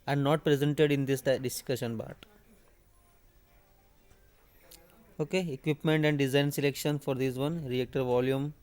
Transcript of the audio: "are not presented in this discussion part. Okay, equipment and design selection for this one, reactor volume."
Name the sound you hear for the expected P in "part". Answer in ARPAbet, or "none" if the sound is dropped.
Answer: B